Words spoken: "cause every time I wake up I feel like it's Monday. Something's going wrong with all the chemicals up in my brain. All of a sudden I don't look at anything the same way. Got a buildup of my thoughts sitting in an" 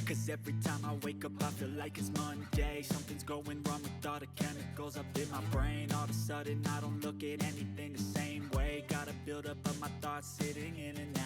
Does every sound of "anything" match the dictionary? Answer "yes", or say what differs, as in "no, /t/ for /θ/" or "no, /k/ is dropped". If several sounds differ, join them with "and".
yes